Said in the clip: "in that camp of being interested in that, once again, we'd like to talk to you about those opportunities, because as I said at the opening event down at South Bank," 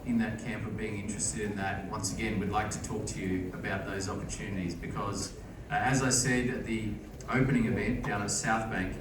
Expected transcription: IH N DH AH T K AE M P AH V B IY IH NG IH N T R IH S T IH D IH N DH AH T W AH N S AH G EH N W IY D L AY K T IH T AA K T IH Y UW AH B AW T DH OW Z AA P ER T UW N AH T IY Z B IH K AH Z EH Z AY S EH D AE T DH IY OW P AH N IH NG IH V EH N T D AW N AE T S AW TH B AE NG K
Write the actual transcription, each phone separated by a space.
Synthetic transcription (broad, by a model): IH N DH AH T K AE M P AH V B IY IH NG IH N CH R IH S T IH D IH N DH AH T W AH N S AH G EH N W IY D L AY K T IH T AA K T IH Y UW AH B AW T DH OW Z AA P ER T UW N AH T IY Z B IH K AH Z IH Z AY S EH D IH T DH IY OW P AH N IH NG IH V EH N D AW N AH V S AW TH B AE NG K